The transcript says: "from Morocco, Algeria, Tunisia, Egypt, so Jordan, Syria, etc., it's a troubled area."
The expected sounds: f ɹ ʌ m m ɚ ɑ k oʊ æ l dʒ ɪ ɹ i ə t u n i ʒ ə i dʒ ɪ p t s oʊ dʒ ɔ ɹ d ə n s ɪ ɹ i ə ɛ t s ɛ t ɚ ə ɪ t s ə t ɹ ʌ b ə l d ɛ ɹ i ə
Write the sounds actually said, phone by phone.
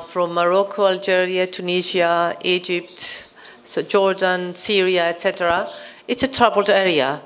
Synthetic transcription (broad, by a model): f ɹ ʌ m m ɚ ɑ k oʊ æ l dʒ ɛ ɹ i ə t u n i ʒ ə i dʒ ɪ p t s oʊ dʒ ɔ ɹ d ə n s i ɹ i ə ɛ t s ɛ t ɚ ə ɪ t s ə t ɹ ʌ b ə l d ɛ ɹ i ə